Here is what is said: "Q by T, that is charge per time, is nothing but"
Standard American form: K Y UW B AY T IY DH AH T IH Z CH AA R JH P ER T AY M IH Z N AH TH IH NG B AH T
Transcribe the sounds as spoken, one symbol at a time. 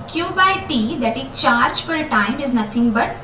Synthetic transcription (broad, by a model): K Y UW B AY T IY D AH T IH CH AA R JH F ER T AY M IH Z N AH T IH NG B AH T